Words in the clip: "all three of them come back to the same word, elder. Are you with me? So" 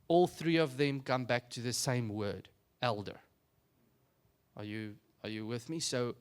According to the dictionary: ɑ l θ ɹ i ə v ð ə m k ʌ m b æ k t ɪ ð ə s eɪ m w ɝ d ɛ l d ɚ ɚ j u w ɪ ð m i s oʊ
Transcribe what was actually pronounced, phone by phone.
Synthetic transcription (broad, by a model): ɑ l θ ɹ i ə v ð ə m k ʌ m b æ k t ɪ ð ə s eɪ m w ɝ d ɛ l d ɚ ɚ j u w ɪ ð m i s oʊ